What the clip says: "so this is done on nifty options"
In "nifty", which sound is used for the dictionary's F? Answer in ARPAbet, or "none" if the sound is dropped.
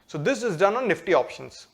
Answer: F